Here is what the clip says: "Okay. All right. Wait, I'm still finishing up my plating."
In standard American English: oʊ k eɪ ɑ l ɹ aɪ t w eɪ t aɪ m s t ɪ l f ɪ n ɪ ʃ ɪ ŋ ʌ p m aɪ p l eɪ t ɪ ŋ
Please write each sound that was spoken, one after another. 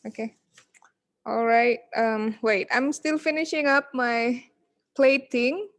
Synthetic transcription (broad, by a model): oʊ k eɪ ɑ l ɹ aɪ t w eɪ t aɪ m s t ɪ l f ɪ n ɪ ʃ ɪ ŋ ʌ p m aɪ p l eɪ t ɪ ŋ